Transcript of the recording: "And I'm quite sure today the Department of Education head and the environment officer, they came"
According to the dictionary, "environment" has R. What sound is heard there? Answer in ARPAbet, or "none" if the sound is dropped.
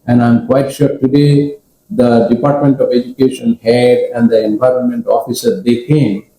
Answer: R